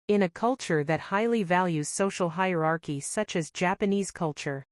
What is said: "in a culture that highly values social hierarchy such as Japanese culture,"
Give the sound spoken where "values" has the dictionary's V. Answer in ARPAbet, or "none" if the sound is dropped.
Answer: V